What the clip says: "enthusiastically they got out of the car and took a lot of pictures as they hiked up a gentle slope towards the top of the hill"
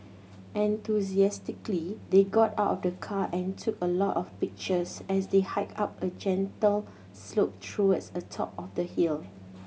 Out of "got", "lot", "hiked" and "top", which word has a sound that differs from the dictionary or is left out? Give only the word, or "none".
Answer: hiked